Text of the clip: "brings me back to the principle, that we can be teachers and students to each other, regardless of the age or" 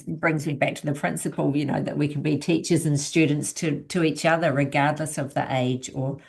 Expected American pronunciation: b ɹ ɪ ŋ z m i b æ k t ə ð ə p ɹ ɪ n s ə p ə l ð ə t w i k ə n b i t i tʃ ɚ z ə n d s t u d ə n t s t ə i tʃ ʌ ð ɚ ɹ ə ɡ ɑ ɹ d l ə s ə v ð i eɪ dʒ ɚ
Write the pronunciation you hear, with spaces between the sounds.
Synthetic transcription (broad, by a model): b ɹ ɪ ŋ z m i b æ k t ə ð ə p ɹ ɪ n s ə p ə n ð ə t w i k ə n b i t i tʃ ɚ z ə n s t u d n t s t ə i tʃ ʌ ð ɚ ɹ ə ɡ ɑ ɹ d l ə s ə v ð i eɪ dʒ ɚ